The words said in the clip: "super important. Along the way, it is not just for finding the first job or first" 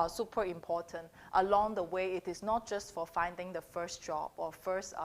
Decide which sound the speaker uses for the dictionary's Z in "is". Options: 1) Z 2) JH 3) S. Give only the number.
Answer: 3